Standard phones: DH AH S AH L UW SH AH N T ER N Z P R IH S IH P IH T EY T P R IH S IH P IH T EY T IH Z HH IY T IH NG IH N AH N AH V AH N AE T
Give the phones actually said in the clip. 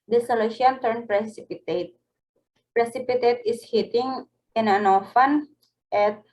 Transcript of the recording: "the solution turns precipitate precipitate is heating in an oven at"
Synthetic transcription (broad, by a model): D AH S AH L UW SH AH N T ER N P R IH S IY P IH T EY T P R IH S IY P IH T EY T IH S HH IY T IH NG IH N AH N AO F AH N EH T